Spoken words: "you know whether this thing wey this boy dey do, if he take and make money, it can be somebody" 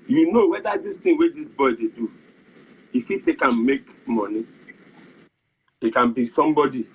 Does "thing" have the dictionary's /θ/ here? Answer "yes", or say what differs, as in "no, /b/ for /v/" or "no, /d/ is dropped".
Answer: no, /t/ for /θ/